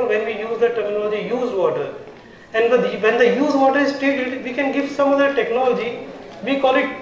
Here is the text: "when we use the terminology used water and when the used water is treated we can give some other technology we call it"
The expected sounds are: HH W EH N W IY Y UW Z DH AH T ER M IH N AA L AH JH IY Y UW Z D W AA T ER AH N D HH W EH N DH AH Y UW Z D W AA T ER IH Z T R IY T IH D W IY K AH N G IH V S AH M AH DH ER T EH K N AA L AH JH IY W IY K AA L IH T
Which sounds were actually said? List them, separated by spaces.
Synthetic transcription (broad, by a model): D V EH N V IY Y UW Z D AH T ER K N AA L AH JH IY Y UW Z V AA T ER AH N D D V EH N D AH Y UW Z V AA T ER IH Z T IY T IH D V IY K AH N G IH V S AH M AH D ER T EH K N AA L AH JH IY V IY K AA L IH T